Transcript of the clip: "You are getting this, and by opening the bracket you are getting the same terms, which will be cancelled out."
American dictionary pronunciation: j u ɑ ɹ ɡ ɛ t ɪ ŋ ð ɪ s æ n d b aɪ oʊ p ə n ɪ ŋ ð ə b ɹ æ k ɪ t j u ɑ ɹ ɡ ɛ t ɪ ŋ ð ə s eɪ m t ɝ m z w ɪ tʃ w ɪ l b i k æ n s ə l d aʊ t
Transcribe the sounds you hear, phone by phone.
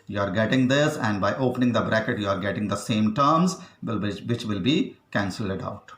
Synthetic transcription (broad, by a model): j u ɑ ɹ ɡ ɛ t ɪ ŋ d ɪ s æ n d b aɪ oʊ p ə n ɪ ŋ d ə b ɹ æ k ɪ t j u ɑ ɹ ɡ ɛ t ɪ ŋ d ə s eɪ m t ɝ m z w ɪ tʃ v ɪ l b i k æ n s ə l d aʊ t